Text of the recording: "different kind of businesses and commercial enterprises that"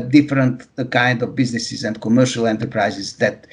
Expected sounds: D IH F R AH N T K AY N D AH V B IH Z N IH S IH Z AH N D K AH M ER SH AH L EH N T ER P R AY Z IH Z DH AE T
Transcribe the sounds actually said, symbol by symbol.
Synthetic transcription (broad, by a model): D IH F R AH N T K AY N D AH V B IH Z N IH S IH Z AH N D K AH M ER SH AH L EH N T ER P R AY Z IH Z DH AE T